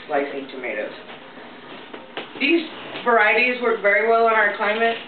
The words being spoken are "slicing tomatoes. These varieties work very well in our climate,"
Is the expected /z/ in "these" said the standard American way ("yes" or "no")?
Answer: yes